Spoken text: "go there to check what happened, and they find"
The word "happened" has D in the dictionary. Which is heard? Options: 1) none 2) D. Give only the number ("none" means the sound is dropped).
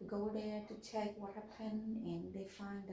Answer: 1